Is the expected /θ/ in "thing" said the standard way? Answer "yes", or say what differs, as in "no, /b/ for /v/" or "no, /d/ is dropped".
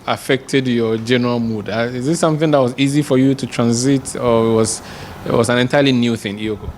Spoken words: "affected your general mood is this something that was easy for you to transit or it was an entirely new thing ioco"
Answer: yes